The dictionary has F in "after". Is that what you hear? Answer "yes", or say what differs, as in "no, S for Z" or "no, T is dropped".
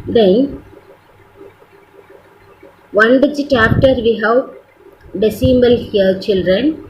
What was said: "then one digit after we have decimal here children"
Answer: no, P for F